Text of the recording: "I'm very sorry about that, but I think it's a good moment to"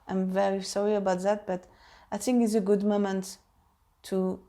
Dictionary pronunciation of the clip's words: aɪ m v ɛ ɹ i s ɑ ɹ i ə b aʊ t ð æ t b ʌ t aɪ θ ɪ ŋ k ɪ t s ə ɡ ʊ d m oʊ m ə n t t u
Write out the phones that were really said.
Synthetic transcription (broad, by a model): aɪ m v ɛ ɹ i s ɑ ɹ i ə b aʊ t ð æ t b ʌ t aɪ θ ɪ ŋ k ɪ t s ə ɡ ʊ d m oʊ m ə n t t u